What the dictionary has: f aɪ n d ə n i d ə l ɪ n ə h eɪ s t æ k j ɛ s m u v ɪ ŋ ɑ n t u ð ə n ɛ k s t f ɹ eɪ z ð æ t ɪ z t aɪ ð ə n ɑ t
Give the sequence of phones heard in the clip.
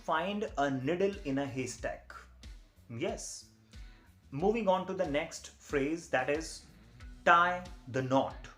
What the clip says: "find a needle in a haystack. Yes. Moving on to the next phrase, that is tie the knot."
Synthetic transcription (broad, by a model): f aɪ n d ə n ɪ d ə l ɪ n ə h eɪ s t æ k j ɛ s m u v ɪ ŋ ɑ n t u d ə n ɛ k s t f ɹ eɪ z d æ t ɪ z t aɪ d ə n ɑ t